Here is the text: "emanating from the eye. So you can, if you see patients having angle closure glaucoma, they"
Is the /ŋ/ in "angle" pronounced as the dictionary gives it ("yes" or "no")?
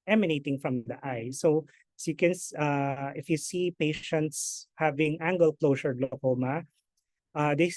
yes